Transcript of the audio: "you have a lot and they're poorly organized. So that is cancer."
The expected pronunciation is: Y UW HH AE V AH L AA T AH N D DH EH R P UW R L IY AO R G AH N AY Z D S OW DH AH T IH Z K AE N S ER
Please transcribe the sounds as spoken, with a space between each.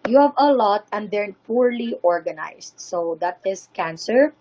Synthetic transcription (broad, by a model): Y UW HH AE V AH L AA T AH N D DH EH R P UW R L IY AO R G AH N AY S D S OW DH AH T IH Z K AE N S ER